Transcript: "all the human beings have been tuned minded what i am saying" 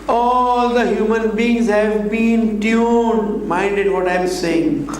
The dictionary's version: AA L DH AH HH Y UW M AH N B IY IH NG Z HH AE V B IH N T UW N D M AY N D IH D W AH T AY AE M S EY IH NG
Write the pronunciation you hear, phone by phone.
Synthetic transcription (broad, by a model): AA L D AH HH Y UW M AH N B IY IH NG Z HH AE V B IH N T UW D M AY N D IH D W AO T AY M S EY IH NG